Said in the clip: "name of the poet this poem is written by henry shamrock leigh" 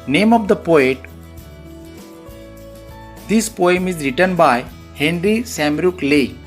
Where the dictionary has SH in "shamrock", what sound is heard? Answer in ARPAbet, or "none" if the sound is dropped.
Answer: S